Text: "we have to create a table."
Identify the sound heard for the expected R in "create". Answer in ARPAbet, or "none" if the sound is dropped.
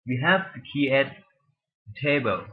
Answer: none